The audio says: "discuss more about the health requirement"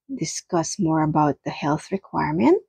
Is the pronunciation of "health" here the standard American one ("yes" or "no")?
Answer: yes